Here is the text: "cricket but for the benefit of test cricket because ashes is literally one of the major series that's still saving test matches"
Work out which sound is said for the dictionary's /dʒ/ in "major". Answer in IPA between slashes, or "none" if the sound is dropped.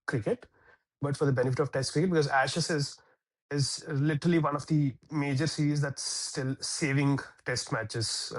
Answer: /dʒ/